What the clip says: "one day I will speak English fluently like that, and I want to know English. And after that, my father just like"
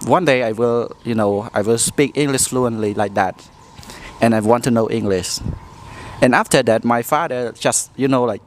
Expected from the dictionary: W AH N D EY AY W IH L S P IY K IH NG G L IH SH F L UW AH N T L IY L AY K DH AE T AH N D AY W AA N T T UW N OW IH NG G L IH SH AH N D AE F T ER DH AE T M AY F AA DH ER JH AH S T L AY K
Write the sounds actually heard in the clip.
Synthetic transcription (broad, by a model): W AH N D EY AY W IH L S P IY K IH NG G L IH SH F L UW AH N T L IY L AY K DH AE T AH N AY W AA N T T UW N OW IH NG G L IH SH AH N AE F T ER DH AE T M AY F AA DH ER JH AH S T L AY K